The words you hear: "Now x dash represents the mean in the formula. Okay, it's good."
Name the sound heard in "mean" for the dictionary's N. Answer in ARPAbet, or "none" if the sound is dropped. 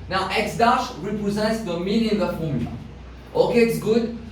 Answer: L